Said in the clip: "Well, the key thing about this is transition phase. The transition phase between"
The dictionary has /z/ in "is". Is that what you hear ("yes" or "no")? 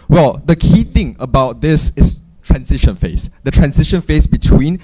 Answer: no